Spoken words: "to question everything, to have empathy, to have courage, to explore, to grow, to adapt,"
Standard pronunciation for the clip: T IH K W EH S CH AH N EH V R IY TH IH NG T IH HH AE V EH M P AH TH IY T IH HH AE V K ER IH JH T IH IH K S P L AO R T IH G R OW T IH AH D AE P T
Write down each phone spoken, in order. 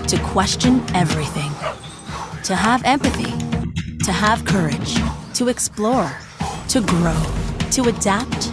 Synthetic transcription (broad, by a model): T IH K W EH S CH AH N EH V R IY TH IH NG T IH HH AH V EH M P AH TH IY T IH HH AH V K ER IH JH T IH IH K S P L AO R T IH G R OW T IH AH D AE P T